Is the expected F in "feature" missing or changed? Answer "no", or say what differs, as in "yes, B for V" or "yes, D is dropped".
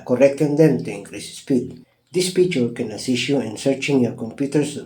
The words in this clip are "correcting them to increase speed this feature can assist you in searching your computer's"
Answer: yes, P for F